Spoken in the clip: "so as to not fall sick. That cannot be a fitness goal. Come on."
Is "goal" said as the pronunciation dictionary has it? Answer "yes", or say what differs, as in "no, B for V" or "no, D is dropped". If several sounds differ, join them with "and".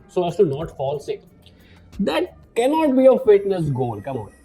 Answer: no, N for L